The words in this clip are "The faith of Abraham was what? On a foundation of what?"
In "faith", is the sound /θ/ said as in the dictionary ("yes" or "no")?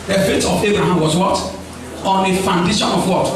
no